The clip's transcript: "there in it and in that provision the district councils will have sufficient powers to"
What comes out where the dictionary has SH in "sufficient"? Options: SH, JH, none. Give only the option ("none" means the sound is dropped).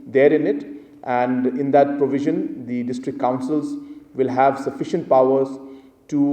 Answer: SH